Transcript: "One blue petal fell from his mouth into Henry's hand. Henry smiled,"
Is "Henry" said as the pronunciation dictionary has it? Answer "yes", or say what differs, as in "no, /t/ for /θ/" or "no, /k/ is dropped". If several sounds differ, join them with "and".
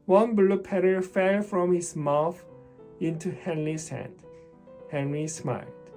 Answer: yes